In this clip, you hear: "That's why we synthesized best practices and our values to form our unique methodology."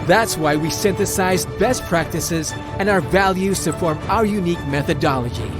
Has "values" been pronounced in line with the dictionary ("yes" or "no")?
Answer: yes